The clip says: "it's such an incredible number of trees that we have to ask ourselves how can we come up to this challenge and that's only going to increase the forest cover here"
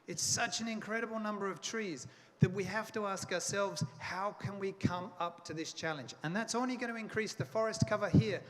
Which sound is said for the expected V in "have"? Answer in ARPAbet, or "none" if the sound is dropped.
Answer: F